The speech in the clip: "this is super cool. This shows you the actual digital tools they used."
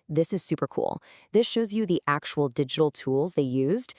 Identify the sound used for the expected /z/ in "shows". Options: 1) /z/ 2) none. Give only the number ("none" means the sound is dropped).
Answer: 1